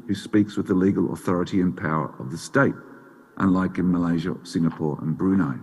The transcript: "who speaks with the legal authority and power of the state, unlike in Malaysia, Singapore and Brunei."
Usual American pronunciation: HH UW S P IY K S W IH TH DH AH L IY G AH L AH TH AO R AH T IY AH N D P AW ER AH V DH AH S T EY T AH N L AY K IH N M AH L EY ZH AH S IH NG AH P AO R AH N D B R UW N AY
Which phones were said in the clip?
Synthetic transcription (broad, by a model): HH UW S P IY K S W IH DH AH L IY G AH L AH TH AO R AH T IY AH N P AW ER AH V DH AH S T EY T AH N L AY K IH N M AH L EY ZH AH S IH NG AH P AO R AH N B R UW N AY